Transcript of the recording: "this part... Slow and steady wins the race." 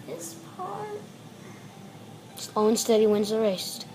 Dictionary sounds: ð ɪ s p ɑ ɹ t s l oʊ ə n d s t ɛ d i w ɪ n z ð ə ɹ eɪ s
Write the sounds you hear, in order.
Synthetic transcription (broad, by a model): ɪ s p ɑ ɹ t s oʊ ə n s t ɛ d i w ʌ n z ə ɹ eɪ s